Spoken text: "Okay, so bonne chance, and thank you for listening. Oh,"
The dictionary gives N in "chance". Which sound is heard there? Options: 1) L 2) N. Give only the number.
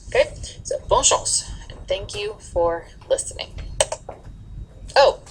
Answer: 1